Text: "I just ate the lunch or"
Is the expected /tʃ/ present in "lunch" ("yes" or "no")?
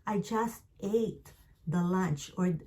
yes